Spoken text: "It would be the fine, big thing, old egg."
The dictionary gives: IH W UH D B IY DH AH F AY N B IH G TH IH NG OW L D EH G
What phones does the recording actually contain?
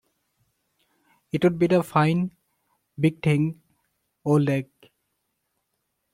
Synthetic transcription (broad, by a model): IH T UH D B IY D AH F AY N B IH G T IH NG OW L EH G